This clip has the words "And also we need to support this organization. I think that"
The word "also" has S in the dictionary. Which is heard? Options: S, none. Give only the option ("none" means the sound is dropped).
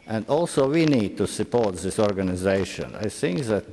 S